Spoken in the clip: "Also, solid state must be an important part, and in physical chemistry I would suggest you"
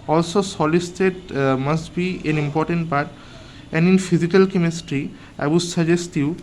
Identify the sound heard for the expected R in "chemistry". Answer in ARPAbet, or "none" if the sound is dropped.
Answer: R